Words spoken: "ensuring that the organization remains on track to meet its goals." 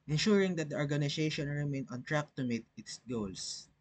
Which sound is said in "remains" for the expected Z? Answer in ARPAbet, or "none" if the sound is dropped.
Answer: none